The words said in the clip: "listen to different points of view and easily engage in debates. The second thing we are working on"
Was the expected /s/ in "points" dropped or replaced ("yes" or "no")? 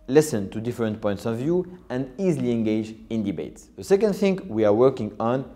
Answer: no